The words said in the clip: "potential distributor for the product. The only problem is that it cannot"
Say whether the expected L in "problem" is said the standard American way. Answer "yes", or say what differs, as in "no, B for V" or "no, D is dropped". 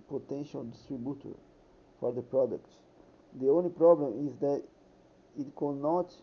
yes